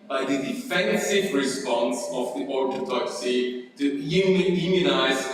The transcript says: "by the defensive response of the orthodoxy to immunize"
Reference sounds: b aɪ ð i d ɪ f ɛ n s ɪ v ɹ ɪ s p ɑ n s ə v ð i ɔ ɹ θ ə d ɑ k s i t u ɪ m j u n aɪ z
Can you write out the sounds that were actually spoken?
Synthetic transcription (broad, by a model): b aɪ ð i d ɪ f ɛ n s ɪ v ɹ ɪ s p ɑ n s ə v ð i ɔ ɹ t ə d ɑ k s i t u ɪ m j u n aɪ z